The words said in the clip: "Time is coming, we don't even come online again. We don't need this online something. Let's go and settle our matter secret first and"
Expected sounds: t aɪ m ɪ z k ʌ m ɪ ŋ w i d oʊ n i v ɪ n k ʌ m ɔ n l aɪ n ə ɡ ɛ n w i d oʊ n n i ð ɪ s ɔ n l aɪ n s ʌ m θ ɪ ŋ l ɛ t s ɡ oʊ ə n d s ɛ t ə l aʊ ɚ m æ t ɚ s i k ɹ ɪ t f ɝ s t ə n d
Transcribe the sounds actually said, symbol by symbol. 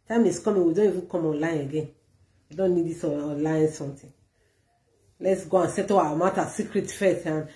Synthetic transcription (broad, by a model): t aɪ m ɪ s k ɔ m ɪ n w i d oʊ n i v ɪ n k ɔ m ɔ n l aɪ n ə ɡ ɛ n w i d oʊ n n i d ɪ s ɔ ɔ l aɪ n s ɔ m t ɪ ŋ l ɛ t s ɡ oʊ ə n s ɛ t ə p aʊ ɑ m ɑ t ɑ s i k ɹ ɪ t f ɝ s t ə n